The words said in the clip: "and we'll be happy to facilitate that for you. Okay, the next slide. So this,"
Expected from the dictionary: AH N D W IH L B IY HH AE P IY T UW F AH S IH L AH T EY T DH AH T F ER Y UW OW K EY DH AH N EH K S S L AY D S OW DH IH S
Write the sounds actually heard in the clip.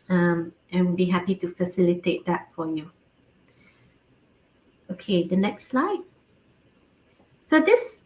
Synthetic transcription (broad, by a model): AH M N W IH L B IY HH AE P IY T UW F AH S IH L AH T EY T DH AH T F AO Y UW OW K EY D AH N EH K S S L AY D S OW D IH S